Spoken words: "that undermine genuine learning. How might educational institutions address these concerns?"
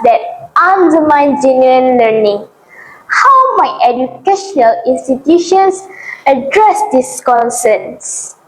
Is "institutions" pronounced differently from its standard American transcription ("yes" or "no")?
yes